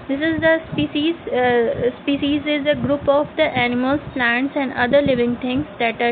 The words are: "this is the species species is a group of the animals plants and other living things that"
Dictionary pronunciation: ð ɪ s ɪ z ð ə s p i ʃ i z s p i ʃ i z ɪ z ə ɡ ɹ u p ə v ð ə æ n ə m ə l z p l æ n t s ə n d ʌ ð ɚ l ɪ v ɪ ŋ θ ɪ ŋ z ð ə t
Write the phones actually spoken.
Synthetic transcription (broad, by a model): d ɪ s ɪ z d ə s p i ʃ i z s p i ʃ i z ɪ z ə ɡ ɹ u p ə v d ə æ n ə m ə l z p l æ n t s ə n d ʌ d ɚ l ɪ v ɪ ŋ t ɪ ŋ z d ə t